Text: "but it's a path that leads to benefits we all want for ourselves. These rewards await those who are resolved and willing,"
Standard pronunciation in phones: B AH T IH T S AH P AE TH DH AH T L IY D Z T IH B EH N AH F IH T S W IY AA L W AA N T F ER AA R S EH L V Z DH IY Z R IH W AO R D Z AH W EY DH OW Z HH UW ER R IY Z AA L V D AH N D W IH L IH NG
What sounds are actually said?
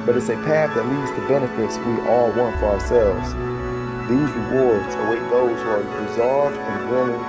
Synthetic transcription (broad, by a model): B AH T IH T S AH P AE TH DH AH T L IY D Z T IH B EH N AH F IH T S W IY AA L W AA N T F ER AA R S EH L V Z DH IY Z R IH W AO R D Z AH W EY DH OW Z ER R IY Z AA L V D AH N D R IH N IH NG